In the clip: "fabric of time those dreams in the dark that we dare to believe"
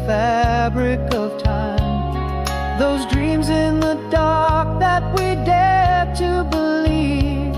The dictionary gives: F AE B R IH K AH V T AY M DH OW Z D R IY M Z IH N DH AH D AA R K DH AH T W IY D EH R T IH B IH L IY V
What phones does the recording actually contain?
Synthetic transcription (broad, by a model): F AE B R IH K AH V T AY M DH OW Z D R IY M Z IH N DH AH D AA R K DH AH T W IY D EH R T IH B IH L IY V